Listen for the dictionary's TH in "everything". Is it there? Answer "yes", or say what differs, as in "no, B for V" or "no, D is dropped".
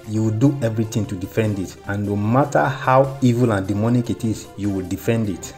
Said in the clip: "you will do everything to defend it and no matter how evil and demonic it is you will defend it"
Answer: no, T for TH